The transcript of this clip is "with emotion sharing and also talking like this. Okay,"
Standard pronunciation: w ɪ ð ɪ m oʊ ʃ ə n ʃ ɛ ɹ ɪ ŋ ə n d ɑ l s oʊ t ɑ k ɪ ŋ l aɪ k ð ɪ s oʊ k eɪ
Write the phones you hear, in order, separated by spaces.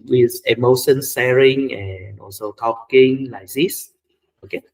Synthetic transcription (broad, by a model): w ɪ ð ɪ m oʊ ʃ ə n s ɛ ɹ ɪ ŋ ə n ɑ l s oʊ t ɑ k ɪ ŋ l aɪ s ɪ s oʊ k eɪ